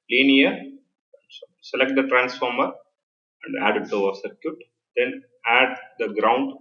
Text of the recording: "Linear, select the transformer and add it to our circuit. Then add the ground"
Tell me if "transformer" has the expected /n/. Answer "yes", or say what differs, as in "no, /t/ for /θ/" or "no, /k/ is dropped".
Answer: yes